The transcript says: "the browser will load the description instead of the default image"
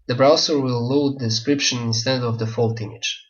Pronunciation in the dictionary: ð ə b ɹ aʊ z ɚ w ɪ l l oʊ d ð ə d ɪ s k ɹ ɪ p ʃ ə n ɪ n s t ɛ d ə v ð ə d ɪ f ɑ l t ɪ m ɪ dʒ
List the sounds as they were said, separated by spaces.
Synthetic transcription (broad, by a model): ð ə b ɹ aʊ s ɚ w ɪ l l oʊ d d ɪ s k ɹ ɪ p ʃ ə n ɪ n s t ɛ d ə v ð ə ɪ f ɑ l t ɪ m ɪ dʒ